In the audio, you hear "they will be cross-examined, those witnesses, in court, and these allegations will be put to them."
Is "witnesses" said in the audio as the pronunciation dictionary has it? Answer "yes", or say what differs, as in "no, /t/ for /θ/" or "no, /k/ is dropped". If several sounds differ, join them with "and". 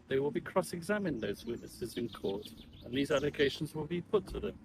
yes